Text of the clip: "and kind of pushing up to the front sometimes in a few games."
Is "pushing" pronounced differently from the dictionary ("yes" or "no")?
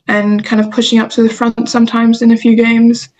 no